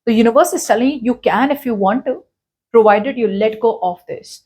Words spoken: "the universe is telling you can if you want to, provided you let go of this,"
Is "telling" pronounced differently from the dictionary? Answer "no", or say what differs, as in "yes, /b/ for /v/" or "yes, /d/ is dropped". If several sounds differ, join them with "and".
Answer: yes, /s/ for /t/